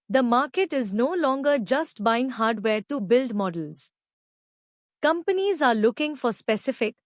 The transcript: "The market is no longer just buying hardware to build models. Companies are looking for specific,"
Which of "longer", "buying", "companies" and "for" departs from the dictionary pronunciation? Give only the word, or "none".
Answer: none